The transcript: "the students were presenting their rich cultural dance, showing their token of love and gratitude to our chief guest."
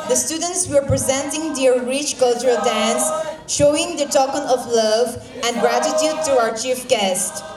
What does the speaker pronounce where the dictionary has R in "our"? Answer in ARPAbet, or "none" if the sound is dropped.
R